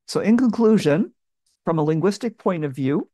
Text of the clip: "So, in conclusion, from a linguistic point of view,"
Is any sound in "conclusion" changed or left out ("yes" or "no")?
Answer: no